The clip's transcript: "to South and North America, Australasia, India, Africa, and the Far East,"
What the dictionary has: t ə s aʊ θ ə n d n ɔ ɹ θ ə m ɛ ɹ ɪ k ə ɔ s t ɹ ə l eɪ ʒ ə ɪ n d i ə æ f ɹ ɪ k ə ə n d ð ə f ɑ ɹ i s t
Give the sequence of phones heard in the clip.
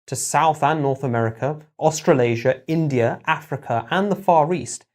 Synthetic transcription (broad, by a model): t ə s aʊ θ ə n n ɔ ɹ θ ə m ɛ ɹ ɪ k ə ɔ s t ɹ ə l eɪ ʒ ə ɪ n d i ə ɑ f ɹ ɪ k ə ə n ð ə f ɑ ɹ i s t